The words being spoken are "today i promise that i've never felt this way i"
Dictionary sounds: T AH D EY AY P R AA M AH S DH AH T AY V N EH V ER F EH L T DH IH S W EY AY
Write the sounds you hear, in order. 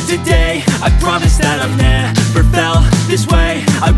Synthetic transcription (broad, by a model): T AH D EY AY P R AA M AH S DH AH T AY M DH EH F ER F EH L DH IH S W EY AY